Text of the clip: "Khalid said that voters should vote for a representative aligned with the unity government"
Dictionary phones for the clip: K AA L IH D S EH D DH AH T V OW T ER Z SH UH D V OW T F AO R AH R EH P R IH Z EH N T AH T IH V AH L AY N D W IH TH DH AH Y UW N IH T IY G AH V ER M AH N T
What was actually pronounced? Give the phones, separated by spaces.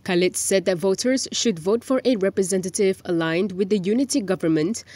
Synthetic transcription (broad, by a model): K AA L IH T S EH D DH AH T V OW T ER Z SH UH D V OW T F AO R AH R EH P R IH Z EH N T AH T IH V AH L AY N D W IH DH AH Y UW N IH T IY G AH V ER M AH N T